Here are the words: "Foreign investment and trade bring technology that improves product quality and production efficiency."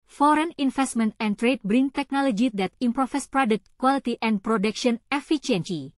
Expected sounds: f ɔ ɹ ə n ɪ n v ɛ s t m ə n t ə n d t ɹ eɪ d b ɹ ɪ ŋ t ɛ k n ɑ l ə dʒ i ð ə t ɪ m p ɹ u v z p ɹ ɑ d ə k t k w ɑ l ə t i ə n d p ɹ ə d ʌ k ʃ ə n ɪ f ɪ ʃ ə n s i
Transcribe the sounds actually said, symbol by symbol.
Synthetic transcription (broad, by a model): f ɔ ɹ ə n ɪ n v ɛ s t m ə n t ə n t ɹ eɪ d b ɹ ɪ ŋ t ɛ k n ɑ l ə dʒ i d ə t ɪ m p ɹ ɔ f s p ɹ ɑ d ə k t k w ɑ l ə t i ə n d p ɹ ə d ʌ k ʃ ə n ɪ f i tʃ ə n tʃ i